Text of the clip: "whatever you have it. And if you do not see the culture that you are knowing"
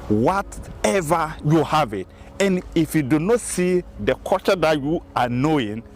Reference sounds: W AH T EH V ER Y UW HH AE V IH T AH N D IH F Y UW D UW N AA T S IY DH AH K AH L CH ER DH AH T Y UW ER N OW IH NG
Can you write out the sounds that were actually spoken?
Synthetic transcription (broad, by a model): W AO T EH V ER Y UW HH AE V IH T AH N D IH F Y UW D UW N AA T S IY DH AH K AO CH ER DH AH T Y UW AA N OW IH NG